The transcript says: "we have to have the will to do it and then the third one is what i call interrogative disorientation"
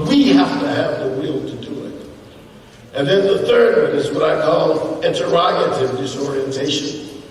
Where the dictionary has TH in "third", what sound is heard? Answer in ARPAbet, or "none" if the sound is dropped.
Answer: TH